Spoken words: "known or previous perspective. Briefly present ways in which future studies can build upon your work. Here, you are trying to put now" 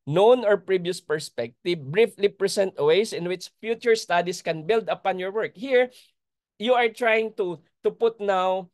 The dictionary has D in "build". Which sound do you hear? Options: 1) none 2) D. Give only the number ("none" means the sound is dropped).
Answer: 2